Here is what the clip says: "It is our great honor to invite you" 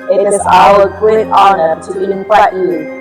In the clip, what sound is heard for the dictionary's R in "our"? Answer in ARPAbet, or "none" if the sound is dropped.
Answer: L